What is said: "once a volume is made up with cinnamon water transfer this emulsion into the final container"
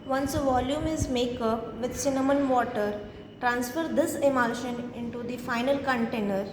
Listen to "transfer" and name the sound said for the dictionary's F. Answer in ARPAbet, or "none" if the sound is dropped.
F